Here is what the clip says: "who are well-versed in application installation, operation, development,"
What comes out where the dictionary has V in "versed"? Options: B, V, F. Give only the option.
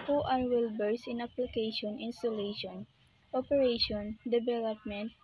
B